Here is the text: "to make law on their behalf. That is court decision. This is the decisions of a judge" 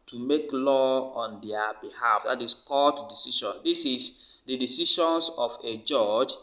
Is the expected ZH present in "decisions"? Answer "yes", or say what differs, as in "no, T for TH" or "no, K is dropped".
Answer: no, SH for ZH